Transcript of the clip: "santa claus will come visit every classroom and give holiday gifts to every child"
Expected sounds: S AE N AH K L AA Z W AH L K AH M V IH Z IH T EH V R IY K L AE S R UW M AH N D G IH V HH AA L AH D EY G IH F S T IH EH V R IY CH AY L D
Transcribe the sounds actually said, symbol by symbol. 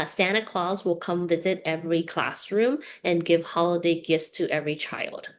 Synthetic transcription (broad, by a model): S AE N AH K L AA Z W AH L K AH M V IH Z IH T EH V R IY K L AE S R UW M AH N G IH V HH AA L AH D EY G IH F S T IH EH V R IY CH AY L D